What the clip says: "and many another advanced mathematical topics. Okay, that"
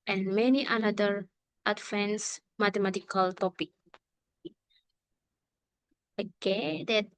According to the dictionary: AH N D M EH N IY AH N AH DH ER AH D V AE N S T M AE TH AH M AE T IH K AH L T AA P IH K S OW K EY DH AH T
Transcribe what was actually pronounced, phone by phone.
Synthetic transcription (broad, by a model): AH N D M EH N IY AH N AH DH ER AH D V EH N S M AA T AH M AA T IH K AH L T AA P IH K OW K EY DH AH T